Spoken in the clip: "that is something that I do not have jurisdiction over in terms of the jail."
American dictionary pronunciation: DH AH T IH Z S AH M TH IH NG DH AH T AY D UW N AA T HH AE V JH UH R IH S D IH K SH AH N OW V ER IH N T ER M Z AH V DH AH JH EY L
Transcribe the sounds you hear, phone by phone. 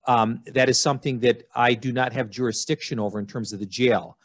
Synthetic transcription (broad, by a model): DH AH T IH Z S AH M TH IH NG DH AH T AY D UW N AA T HH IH V JH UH R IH S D IH K SH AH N OW V ER IH N T ER M Z AH V DH AH JH EY L